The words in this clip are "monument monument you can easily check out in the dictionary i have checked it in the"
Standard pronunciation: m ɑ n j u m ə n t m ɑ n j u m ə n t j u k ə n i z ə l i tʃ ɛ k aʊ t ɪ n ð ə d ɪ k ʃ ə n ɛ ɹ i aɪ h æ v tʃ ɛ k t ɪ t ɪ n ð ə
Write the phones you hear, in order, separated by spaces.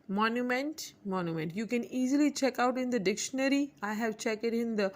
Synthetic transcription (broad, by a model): m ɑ n j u m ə n t m ɑ n j u m ə n t j u k ə n i z ə l i tʃ ɛ k aʊ t ɪ n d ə d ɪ k ʃ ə n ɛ ɹ i aɪ h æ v tʃ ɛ k ɪ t ɪ n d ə